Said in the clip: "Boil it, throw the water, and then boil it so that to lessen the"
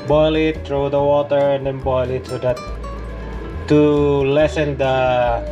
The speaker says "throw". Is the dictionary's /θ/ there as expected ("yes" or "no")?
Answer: no